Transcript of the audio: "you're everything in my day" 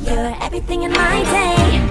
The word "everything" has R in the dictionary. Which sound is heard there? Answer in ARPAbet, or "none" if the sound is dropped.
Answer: R